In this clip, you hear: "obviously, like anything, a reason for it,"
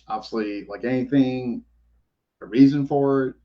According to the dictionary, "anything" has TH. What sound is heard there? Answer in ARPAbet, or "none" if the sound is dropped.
TH